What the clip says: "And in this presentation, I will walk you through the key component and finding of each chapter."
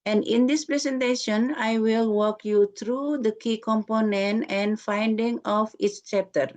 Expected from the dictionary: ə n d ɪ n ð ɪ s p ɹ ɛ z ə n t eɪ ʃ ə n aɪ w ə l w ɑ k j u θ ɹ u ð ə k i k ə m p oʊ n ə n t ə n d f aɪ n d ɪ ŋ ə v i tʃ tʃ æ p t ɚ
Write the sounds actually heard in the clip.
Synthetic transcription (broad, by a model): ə n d ɪ n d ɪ s p ɹ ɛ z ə n t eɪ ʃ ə n aɪ w ə l w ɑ k j u t ɹ u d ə k i k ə m p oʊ n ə n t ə n f aɪ n d ɪ ŋ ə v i s tʃ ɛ p t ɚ